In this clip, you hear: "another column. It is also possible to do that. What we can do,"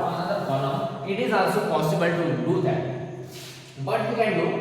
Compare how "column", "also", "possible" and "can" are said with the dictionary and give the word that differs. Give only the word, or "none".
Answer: column